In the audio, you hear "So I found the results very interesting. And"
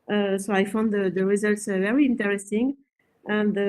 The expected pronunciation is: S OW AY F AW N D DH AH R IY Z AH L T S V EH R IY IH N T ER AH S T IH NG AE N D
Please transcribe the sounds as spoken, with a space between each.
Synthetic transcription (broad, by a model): S OW AY F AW N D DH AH R IY Z AH L T S V EH R IY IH N T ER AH S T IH NG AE N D